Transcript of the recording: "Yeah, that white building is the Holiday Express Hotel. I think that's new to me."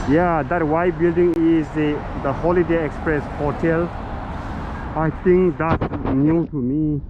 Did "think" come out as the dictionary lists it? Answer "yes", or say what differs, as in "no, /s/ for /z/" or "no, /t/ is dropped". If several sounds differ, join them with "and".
no, /t/ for /θ/